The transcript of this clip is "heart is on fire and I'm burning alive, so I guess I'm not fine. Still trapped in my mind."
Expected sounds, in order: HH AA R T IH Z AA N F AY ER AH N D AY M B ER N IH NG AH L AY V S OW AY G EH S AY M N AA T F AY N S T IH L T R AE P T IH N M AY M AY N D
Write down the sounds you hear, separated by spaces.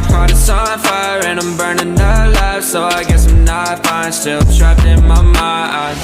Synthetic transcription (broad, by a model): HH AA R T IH S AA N F AY ER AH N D AY M B ER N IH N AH L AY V S OW AY G EH S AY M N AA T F AY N S T IH L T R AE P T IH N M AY M AY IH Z